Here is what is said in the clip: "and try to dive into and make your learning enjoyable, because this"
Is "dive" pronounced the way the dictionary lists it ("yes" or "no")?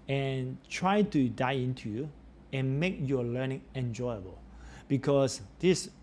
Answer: no